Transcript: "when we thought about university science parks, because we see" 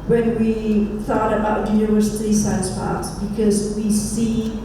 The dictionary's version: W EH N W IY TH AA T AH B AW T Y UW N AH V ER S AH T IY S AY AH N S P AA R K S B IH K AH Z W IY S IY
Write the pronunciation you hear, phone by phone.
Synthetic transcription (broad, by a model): W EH N W IY TH AA T AH B AW T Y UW AH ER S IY S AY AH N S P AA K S B IH K AH Z W IY S IY